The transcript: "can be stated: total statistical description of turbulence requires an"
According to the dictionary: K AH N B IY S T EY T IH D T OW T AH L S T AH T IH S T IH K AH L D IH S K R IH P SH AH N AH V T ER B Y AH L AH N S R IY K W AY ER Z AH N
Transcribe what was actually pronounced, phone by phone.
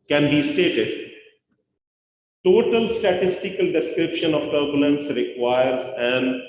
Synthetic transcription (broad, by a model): K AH N B IY S T EY T IH D T OW T AH L S T AH T IH S T IH K AH L D IH S K R IH P SH AH N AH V T ER B Y AH L AH N S R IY K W AY ER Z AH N